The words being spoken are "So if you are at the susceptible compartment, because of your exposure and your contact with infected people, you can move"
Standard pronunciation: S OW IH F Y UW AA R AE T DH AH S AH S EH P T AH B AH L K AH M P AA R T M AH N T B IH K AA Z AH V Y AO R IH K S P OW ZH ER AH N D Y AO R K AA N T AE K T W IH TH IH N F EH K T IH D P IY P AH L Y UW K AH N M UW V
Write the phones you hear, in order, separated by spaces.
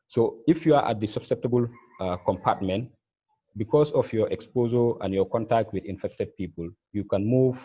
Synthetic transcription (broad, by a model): S OW IH F Y UW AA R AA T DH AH S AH S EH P T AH B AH L K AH M P AA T M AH N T B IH K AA S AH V Y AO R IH K S P OW Z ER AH N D Y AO K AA N T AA K T W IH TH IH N F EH K T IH D P IY P AH L Y UW K AH N M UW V